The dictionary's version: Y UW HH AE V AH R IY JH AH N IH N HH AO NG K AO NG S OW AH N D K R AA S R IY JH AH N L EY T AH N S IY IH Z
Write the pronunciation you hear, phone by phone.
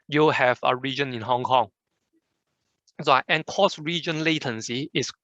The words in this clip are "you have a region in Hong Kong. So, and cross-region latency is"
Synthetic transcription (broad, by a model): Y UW HH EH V AH R IY JH AH N IH N HH AO NG K AO NG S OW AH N K AA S R IY JH AH N L EY T AH N S IY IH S